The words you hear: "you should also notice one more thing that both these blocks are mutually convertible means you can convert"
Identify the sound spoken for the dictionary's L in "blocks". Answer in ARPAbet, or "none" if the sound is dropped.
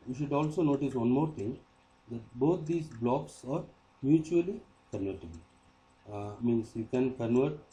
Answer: L